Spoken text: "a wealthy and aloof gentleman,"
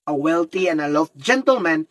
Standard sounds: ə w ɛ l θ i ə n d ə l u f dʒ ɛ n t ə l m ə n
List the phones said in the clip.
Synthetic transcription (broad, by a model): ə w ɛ l t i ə n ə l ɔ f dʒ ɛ n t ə l m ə n